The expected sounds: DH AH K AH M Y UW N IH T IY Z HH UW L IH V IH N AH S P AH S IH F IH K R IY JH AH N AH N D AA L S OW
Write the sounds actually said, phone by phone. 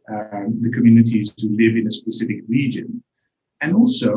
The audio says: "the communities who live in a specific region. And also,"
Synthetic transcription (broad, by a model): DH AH K AH M Y UW N IH T IY Z HH UW L IH V IH N AH S P AH S IH F IH K R IY JH AH N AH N AA L S OW